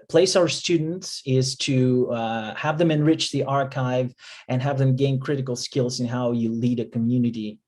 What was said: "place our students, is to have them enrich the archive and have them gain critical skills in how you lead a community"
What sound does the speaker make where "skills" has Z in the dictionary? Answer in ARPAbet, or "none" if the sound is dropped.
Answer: Z